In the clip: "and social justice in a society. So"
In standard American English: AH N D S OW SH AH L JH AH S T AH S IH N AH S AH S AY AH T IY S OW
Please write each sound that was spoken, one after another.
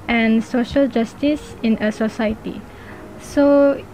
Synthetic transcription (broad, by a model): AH N S OW SH AH L JH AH S T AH S IH N AH S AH S AY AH T IY S OW